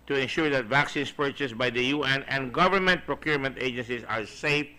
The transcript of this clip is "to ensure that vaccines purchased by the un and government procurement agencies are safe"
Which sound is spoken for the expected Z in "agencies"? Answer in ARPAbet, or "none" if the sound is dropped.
S